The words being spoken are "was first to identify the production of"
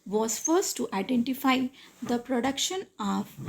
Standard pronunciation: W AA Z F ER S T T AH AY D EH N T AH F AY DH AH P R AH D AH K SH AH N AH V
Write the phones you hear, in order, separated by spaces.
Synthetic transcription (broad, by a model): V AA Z F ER S T T AH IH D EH N T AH F AY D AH P R AH D AH K SH AH N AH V